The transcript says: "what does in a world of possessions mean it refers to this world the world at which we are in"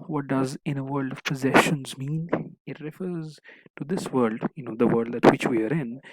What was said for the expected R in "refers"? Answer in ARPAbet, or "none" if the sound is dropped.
R